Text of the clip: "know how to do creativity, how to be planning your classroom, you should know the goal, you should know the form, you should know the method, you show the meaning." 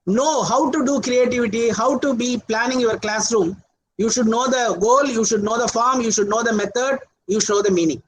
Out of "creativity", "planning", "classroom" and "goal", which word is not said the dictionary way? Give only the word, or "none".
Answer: none